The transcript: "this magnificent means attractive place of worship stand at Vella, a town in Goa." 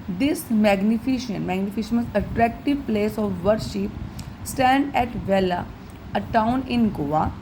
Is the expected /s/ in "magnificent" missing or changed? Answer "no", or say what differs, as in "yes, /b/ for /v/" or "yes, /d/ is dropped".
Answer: yes, /ʃ/ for /s/